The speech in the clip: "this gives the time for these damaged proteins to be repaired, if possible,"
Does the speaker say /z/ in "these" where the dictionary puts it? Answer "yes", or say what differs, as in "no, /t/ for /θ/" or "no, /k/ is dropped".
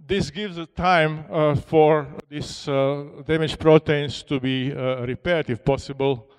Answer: no, /s/ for /z/